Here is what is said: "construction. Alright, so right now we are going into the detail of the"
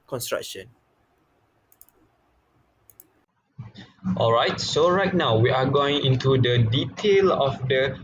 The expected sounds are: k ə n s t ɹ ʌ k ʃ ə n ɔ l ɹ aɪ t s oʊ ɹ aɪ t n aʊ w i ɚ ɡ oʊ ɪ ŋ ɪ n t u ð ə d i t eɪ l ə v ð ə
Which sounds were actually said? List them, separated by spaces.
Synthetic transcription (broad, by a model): k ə n s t ɹ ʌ k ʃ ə n ɔ l ɹ aɪ t s oʊ ɹ aɪ t n aʊ w i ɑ ɡ oʊ ɪ ŋ ɪ n t u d ə d i t eɪ l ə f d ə